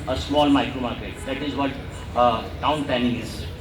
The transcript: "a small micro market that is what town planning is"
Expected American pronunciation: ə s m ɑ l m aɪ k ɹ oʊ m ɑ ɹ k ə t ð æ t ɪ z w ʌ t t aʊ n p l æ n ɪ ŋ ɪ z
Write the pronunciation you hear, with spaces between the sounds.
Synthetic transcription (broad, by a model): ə s m ɑ l m aɪ k ɹ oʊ m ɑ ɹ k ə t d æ t ɪ z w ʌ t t aʊ n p æ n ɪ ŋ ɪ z